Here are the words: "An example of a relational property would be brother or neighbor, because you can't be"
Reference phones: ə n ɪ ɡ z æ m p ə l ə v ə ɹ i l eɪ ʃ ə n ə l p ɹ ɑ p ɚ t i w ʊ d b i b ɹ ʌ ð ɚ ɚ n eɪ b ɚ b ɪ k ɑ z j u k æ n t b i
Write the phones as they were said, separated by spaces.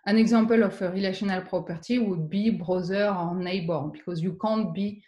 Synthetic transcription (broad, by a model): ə n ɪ ɡ z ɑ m p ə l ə f ə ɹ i l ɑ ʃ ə n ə l p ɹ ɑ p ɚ t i w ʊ d b i b ɹ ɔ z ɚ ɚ n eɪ b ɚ b ɪ k ɑ z j u k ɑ n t b i